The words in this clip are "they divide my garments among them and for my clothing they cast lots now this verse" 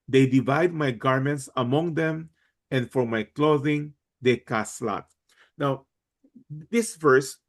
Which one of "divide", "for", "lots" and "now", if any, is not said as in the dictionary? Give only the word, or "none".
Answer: lots